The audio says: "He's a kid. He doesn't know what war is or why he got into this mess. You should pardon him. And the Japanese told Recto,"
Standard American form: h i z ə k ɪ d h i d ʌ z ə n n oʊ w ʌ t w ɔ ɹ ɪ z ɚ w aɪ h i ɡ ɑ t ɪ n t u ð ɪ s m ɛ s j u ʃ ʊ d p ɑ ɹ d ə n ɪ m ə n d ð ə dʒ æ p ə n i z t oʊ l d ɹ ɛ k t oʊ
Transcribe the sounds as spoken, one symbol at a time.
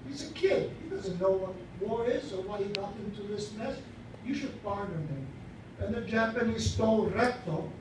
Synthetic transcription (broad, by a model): h i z ə k ɪ d h i d ʌ z ə n n oʊ w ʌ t w ɔ ɹ ɪ z ɚ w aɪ h i ɡ ɑ t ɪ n t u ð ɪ s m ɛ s j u ʃ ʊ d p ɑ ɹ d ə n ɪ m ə n ð ə dʒ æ p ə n i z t oʊ l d ɹ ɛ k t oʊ